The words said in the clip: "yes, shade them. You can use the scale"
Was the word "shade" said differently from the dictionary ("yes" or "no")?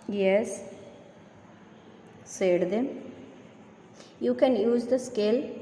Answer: yes